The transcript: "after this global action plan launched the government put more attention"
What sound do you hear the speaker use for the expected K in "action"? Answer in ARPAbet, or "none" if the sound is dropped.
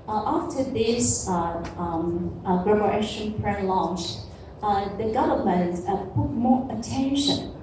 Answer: none